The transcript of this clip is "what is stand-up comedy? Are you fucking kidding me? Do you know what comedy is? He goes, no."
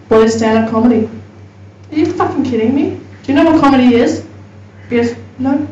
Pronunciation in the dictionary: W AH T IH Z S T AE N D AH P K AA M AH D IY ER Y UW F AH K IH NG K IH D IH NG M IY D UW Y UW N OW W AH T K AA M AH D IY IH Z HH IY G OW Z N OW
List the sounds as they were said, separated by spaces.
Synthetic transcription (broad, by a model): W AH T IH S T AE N AH K AA M AH D IY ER Y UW F AH K IH NG K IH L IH NG M IY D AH Y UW N OW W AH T K AA M AH D IY IH Z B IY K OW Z N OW